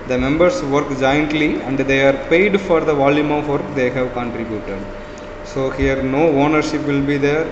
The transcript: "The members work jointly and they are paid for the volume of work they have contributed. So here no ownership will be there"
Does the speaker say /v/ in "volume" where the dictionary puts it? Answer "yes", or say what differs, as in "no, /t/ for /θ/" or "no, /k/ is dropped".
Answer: yes